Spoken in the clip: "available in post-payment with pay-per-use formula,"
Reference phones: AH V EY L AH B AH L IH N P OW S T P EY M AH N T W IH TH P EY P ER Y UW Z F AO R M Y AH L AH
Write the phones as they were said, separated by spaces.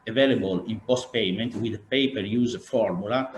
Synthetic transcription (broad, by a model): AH V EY L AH B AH L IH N P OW S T P EY M AH N T W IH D P EY P ER Y UW Z F AO R M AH L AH